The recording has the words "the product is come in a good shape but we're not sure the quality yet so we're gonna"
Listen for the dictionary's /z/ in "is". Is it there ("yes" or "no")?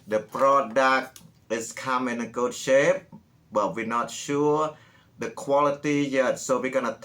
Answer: no